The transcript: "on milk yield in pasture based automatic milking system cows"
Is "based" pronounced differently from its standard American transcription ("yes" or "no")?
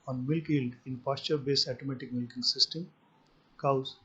yes